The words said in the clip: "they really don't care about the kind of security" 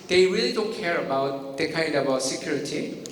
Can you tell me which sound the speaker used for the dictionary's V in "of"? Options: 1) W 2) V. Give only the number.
1